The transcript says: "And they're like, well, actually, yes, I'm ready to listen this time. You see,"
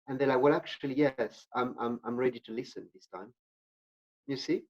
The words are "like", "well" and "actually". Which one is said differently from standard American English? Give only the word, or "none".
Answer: none